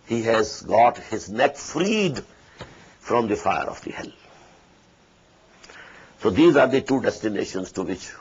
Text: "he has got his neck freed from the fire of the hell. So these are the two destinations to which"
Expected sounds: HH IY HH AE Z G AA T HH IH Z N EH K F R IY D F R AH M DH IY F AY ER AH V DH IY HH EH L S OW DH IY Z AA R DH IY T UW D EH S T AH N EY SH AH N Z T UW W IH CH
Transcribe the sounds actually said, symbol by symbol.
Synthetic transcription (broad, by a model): HH IY HH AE Z G AA T HH IH Z N EH K F R IY D F R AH M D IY F AY ER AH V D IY HH EH L S OW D IY Z AA R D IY T UW D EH S T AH N EY SH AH N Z T UW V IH CH